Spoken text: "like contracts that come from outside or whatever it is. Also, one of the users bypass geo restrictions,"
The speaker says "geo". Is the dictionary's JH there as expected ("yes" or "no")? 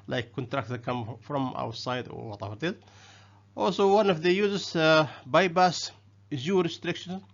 no